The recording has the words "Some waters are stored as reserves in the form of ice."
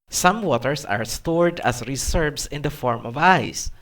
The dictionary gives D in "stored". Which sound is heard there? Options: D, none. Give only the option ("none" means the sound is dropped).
D